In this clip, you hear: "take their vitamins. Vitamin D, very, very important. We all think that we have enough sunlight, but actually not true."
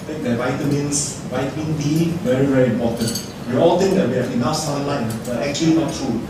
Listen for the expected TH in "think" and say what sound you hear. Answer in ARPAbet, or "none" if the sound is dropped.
T